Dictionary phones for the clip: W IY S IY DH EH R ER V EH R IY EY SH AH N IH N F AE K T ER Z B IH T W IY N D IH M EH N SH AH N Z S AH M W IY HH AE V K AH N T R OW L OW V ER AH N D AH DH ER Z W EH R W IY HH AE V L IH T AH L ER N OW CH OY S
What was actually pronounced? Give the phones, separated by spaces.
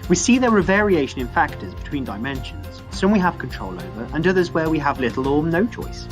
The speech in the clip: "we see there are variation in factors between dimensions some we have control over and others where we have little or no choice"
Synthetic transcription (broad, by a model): W IY S IY DH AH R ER V EH R IY EY SH AH N IH N F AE K T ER Z B IH T W IY N D IH M EH N SH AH N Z S AH M W IY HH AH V K AH N T R OW L OW V ER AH N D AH DH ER Z W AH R W IY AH V L IH T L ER N OW CH OY S